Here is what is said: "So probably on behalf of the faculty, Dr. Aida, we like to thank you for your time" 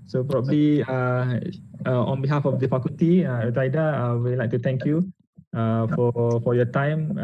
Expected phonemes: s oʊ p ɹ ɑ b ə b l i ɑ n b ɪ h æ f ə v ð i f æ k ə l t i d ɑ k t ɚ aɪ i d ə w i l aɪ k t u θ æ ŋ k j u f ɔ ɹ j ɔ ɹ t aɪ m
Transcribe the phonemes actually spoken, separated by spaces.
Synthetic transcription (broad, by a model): s oʊ p ɹ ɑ b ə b l i ɑ n b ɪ h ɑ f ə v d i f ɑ k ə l t i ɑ t aɪ d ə w i l aɪ k t u t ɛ ŋ k j u f ɔ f j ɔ t aɪ m